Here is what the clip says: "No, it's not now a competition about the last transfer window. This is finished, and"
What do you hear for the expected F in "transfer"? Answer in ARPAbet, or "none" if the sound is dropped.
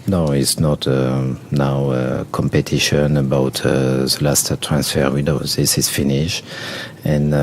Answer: F